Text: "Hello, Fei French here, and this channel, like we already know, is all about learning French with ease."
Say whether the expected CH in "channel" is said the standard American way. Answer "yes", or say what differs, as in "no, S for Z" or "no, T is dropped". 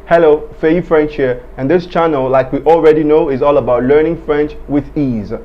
yes